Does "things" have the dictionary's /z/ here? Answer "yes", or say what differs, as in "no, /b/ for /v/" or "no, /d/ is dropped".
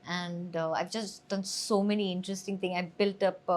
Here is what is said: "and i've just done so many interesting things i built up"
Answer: no, /z/ is dropped